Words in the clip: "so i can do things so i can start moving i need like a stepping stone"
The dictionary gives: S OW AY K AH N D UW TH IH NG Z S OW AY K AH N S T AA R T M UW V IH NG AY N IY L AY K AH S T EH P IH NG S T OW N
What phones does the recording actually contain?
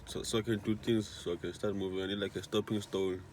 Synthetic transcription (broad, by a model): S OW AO K AH N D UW T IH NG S S OW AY K AH N S T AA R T M UW V IH NG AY N IY L AY K AH S T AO P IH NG S T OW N